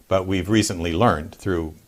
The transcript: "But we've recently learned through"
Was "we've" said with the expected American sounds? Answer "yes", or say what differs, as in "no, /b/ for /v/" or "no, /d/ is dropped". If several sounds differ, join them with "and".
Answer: yes